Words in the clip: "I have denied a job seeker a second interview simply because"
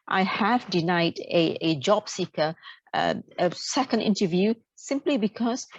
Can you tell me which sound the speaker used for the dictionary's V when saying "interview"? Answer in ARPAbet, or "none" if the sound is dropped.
V